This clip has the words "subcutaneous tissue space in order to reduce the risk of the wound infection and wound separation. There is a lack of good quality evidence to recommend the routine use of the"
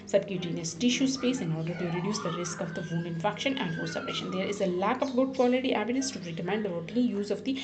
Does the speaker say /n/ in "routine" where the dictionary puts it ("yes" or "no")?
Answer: no